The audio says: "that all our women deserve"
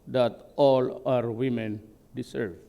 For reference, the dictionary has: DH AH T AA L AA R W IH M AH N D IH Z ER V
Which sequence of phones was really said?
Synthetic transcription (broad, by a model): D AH T AA L AA R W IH M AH N D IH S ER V